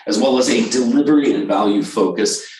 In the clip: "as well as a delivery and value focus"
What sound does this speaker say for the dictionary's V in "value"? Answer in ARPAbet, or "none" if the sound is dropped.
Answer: V